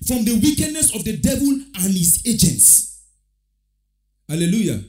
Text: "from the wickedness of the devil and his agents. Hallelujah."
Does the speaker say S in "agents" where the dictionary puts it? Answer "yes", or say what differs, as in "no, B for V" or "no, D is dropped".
yes